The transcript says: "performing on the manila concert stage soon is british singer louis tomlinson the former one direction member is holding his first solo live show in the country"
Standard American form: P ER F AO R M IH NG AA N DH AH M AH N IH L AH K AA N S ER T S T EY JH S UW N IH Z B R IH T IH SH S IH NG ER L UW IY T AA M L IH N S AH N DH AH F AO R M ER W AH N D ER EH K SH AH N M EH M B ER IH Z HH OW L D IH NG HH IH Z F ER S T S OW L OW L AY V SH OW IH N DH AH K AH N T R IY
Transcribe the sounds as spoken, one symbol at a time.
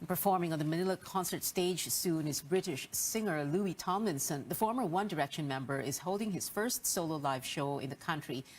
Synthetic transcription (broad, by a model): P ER F AO R M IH NG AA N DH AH M AH N IH L AH K AA N S ER T S T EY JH S UW N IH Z B R IH T IH SH S IH NG ER L UW IY T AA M IH N S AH N DH AH F AO R M ER W AH N D ER EH K SH AH N M EH M B ER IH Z HH OW L D IH NG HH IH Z F ER S T S OW L OW L AY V SH OW IH N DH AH K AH N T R IY